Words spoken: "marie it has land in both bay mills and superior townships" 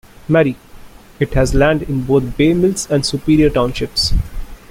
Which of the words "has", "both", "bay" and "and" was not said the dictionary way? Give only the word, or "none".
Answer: both